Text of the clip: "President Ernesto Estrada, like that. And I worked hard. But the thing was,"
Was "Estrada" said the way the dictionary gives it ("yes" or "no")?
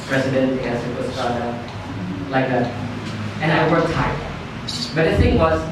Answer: no